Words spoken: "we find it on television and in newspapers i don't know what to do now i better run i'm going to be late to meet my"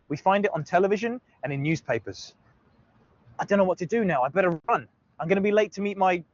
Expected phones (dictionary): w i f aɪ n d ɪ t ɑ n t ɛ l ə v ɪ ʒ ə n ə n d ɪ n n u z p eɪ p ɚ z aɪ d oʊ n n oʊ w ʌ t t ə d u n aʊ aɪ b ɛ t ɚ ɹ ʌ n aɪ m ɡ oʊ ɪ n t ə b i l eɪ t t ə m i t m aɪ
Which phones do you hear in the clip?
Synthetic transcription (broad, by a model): w i f aɪ n d ɪ t n t ɛ l ə v ɪ ʒ ə n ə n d ɪ n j u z p eɪ p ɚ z aɪ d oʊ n n oʊ w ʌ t t ə d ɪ n aʊ aɪ b ɛ t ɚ ɹ ʌ n aɪ m ɡ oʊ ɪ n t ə b i l eɪ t t ə m i t m aɪ